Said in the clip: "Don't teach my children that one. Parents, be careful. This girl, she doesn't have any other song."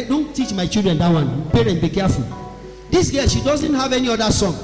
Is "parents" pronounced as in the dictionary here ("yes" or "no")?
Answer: no